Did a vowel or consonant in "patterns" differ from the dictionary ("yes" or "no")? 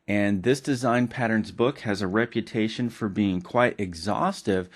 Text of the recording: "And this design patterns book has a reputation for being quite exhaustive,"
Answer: no